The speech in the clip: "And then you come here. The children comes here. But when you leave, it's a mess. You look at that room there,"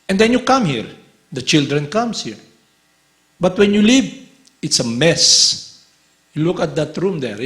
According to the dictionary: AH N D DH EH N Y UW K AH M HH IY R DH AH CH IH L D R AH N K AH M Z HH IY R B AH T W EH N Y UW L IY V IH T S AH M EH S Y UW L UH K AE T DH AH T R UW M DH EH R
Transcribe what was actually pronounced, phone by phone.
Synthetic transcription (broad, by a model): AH N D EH N Y UW K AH M HH IY R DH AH CH IH L D R AH N K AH M S HH IY R B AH T W EH N Y UW L IY V IH T S AH M EH S Y UW L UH K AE T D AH T R UW M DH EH R